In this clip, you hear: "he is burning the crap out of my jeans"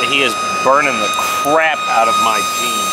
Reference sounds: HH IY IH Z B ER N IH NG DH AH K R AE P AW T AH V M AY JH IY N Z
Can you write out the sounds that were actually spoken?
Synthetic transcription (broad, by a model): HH IY IH Z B ER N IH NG DH AH K R AE P AW T AH V M AY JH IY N